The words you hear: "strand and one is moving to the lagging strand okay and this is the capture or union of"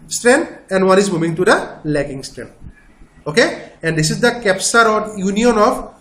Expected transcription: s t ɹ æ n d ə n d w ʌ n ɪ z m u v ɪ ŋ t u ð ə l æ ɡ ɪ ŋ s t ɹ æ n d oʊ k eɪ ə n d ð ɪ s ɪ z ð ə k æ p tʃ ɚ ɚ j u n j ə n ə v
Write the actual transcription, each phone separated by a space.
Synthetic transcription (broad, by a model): s t ɹ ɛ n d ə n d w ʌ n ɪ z m u v ɪ ŋ t u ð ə l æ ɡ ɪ ŋ s t ɹ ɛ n oʊ k eɪ ə n d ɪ s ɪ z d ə k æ p s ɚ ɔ j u n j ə n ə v